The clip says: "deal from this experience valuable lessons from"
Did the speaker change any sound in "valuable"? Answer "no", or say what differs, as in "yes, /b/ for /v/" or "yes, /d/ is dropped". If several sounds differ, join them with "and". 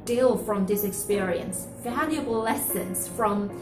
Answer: yes, /f/ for /v/